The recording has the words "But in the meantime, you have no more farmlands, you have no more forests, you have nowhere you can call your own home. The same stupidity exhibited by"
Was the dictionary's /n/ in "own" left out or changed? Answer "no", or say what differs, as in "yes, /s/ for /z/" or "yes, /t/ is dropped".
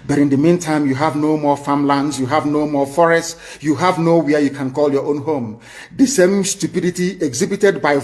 no